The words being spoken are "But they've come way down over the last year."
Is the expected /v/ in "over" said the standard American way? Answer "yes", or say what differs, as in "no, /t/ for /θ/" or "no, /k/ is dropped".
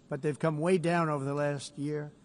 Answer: yes